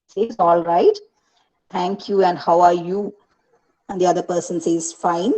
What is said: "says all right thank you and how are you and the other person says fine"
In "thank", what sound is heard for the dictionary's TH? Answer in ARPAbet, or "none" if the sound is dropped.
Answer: T